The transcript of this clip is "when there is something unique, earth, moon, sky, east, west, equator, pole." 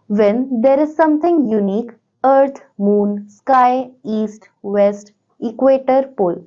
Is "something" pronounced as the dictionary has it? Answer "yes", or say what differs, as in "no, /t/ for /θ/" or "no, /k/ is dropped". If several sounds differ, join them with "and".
no, /t/ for /θ/